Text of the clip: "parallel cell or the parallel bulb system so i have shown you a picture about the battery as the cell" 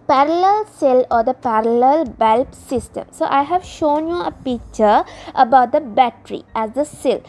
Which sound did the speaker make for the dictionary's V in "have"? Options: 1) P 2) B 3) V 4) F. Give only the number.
3